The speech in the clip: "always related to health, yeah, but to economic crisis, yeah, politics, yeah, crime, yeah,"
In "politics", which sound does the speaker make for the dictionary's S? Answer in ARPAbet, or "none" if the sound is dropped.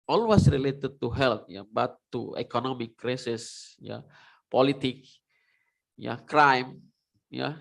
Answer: none